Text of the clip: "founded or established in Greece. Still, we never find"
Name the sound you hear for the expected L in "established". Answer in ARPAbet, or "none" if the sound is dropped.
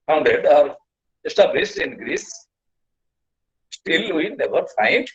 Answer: none